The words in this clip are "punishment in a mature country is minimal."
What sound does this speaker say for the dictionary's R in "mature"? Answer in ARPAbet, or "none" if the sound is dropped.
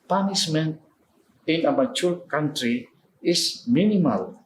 L